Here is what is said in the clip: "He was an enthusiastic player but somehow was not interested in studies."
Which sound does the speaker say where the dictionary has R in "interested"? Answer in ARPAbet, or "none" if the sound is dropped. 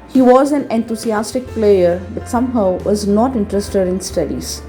R